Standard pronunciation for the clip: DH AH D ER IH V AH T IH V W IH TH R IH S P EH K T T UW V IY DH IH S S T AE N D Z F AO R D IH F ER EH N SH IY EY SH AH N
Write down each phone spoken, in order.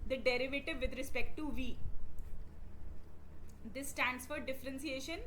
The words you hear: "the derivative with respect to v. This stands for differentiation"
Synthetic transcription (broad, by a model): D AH D ER IH V AH T IH V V IH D R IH S P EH K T T UW V IY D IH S S T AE N D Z F AO R D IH F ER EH N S IY EY SH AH N